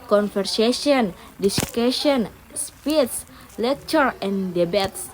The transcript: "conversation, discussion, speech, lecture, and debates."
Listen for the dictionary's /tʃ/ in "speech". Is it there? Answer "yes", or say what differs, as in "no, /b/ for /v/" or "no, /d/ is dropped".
no, /s/ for /tʃ/